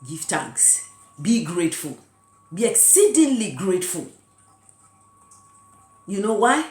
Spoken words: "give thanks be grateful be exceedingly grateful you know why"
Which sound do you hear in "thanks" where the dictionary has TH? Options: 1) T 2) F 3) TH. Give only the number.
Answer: 1